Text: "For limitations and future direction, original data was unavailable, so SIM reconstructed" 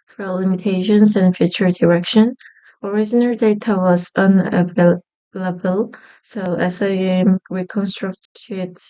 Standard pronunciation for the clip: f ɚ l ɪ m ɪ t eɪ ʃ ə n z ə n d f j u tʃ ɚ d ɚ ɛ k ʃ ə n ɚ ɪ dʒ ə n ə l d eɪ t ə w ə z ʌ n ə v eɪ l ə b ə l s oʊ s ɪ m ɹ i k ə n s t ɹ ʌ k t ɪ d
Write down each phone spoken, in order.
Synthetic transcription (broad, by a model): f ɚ l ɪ m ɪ t eɪ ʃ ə n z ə n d f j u tʃ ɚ d ɚ ɛ k ʃ ə n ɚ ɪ z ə n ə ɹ d eɪ t ə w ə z ʌ n ə v eɪ l ə b ə l s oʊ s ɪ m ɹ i k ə n s t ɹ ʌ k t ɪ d